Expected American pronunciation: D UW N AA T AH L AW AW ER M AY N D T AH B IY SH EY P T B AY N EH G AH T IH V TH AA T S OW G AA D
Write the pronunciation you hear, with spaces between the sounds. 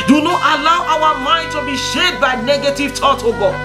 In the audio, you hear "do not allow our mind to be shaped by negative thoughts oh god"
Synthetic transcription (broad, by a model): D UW N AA T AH L AW AW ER M AY N D T AH B IY SH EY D B AY N EH G AH T IH V T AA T OW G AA